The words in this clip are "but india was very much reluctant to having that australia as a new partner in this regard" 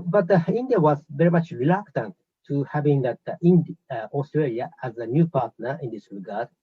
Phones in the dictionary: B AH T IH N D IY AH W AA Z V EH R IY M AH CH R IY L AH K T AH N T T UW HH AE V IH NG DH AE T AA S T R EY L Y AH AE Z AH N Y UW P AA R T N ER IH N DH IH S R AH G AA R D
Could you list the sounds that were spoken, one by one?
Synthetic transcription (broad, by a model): B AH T IH N D IY AH W AA Z V EH R IY M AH CH R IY L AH K T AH N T T UW HH AE V IH NG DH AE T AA S T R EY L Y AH AE Z AH N Y UW P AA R T N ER IH N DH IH S R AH G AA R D